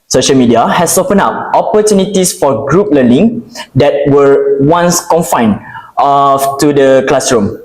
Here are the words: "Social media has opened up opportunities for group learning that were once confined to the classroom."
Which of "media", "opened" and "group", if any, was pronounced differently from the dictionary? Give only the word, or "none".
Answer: opened